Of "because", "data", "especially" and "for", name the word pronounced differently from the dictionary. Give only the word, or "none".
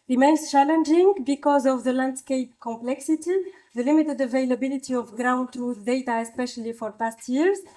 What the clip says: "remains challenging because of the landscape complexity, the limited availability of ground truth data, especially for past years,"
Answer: none